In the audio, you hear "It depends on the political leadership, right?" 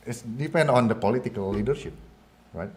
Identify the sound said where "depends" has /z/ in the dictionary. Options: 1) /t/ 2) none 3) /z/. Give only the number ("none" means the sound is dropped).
2